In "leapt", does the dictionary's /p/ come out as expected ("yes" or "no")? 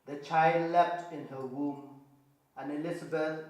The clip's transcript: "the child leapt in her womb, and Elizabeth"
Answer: no